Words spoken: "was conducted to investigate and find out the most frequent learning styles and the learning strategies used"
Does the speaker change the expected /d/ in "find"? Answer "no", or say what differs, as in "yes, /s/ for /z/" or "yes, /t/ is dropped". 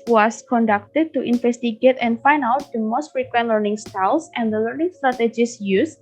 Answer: yes, /d/ is dropped